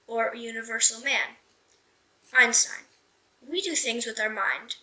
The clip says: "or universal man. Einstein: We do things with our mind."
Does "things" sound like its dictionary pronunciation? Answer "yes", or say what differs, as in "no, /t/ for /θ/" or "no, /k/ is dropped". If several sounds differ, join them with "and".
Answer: yes